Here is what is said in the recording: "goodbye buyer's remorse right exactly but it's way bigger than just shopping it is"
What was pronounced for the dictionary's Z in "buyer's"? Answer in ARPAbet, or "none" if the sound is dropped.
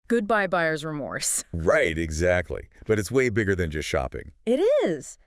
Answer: Z